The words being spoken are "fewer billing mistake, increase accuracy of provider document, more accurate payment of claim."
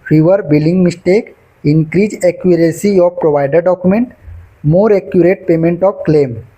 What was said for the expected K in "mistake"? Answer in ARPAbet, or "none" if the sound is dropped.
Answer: K